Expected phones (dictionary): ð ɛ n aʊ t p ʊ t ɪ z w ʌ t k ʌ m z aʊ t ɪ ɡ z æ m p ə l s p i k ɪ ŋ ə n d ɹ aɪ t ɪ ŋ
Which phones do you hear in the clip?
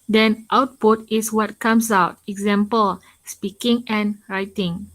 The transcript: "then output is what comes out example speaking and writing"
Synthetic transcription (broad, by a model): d ɛ n aʊ t p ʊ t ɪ s w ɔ t k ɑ m s aʊ t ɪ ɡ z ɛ m p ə l s p i k ɪ ŋ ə n ɹ aɪ t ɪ ŋ